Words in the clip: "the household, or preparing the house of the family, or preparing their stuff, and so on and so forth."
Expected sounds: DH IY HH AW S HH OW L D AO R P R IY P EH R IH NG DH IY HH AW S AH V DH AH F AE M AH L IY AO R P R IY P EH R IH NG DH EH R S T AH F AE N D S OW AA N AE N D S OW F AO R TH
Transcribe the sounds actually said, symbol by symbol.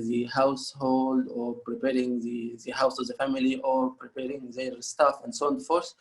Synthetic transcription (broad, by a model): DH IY HH AW S HH OW L D AO R P R IY P EH R IH NG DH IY HH AW S AH V DH AH F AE M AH L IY AO R P R IY P EH R IH NG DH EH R S T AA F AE N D S OW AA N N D F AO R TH